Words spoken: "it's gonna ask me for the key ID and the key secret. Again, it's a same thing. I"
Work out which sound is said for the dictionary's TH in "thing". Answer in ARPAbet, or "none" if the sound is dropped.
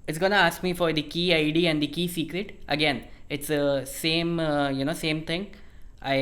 S